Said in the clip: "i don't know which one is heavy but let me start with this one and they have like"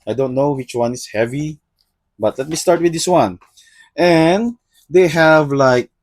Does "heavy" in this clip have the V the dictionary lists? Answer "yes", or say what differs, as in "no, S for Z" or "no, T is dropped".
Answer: yes